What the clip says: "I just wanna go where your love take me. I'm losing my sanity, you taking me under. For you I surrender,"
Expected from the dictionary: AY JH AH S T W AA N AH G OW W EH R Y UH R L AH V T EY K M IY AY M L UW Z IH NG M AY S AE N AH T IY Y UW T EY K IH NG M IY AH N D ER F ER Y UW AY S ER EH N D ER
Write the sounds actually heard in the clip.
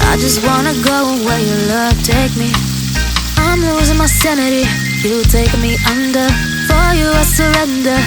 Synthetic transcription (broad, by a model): AY JH AH S T W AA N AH G OW W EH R Y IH L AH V T EY K M IY AY M L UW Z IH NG M AY S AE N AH T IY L T EY IH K M IY AH N D ER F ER Y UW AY S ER EH N D ER